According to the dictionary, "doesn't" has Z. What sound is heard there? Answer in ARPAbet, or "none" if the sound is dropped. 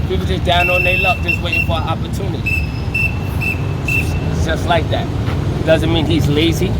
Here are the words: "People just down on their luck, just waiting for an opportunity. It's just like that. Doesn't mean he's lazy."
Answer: Z